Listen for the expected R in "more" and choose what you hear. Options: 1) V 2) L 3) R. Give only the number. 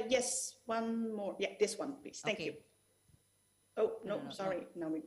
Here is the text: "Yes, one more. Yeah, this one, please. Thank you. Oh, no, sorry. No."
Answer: 3